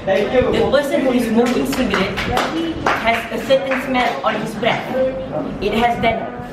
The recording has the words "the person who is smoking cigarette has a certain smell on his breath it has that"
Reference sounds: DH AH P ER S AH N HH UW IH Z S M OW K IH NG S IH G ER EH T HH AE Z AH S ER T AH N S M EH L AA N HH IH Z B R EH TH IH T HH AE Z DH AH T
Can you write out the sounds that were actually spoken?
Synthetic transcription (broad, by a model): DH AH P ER S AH N HH UW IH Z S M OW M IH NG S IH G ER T HH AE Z AH S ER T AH N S M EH N AA N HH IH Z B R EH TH IH T HH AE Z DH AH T